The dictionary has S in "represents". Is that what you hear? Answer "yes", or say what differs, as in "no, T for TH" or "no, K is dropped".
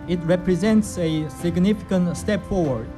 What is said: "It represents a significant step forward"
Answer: yes